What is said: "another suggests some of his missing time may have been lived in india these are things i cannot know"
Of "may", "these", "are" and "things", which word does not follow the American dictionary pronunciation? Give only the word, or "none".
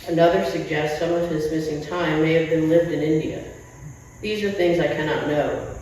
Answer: none